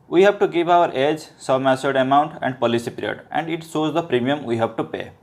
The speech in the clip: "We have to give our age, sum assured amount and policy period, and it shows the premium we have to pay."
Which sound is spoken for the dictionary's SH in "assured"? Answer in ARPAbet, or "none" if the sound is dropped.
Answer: S